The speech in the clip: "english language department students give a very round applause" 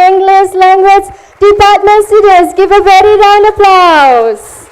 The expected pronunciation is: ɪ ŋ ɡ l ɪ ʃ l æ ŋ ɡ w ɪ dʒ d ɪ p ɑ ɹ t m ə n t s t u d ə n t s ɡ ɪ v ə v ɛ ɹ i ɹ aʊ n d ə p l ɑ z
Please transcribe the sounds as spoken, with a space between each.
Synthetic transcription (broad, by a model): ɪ ŋ ɡ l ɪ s l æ ŋ ɡ w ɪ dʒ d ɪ p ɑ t m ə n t s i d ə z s ɡ ɪ v ə v ɛ ɹ i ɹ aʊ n ə p l ɑ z